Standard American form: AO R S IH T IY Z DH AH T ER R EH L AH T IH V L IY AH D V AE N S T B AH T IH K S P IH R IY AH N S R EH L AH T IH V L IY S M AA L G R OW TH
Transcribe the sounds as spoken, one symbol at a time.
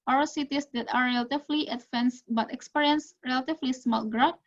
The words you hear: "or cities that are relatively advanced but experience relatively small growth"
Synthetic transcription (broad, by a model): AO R S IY T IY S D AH T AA R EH L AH T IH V L IY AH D F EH N S B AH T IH K S P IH R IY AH N S R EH L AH T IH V L IY S M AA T G R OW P